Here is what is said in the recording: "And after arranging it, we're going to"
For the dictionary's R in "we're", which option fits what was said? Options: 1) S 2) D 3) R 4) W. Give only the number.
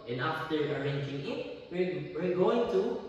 4